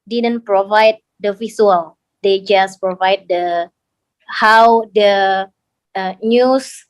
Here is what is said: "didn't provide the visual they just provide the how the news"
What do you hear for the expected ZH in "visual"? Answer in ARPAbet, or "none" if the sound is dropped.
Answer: S